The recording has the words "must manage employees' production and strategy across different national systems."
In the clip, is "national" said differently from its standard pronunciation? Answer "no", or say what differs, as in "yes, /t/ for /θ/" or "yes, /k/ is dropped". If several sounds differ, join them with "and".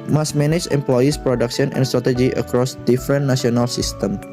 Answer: yes, /ʃ/ is dropped